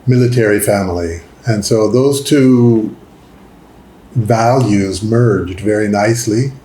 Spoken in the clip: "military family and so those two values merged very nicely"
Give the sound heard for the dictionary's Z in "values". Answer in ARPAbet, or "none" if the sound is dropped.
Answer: Z